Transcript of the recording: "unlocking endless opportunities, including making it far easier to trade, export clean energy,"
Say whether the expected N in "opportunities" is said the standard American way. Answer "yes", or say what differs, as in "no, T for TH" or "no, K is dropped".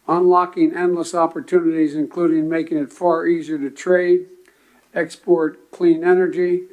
yes